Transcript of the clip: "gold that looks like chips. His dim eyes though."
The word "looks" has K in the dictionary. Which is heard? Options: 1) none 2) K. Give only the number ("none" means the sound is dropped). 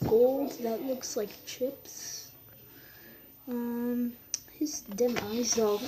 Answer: 2